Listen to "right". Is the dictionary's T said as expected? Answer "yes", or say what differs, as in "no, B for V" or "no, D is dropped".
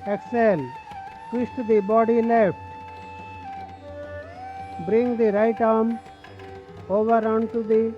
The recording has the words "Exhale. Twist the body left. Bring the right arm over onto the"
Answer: yes